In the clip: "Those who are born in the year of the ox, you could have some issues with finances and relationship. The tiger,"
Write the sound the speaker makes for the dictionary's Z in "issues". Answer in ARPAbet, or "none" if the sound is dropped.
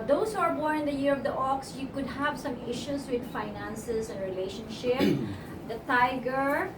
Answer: S